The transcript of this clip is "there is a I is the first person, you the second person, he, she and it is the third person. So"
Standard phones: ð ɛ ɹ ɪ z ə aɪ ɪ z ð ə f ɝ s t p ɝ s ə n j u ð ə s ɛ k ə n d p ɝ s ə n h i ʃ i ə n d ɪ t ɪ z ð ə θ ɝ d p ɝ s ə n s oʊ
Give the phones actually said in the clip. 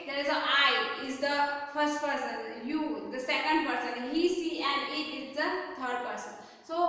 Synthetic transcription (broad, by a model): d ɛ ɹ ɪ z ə aɪ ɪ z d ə f ɝ s t p ɝ s ə n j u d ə s ɛ k ə n d p ɝ s ə n h i s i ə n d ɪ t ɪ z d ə t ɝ d p ɝ s ə n s oʊ